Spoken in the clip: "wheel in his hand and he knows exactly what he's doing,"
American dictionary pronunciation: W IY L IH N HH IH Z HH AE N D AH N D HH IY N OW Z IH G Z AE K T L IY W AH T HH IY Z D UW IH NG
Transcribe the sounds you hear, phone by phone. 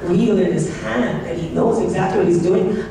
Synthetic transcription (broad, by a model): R IY L IH N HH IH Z HH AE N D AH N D HH IY N OW Z IH G Z AE K T L IY W AH T HH IY Z D UW IH NG